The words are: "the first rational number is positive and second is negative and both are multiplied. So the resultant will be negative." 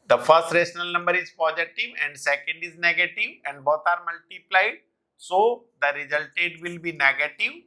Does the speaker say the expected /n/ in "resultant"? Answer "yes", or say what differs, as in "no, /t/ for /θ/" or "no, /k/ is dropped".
no, /n/ is dropped